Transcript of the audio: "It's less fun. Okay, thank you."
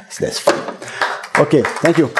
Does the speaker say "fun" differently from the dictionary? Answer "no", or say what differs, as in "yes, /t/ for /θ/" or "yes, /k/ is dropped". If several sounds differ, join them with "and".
yes, /n/ is dropped